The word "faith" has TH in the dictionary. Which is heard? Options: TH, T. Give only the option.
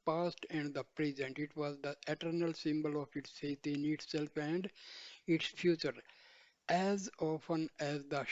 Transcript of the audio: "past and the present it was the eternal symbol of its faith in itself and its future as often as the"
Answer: T